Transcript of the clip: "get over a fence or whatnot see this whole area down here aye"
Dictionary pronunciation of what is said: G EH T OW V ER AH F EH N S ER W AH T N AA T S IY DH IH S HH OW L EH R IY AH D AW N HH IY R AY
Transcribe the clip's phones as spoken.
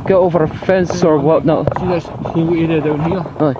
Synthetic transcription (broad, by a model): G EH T OW V ER AH F EH N S ER W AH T N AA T S IY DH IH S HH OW W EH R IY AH D AW N HH IY R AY